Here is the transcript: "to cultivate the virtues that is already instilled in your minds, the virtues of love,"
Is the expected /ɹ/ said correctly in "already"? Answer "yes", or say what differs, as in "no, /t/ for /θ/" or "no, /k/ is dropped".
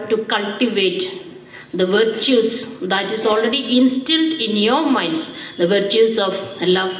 yes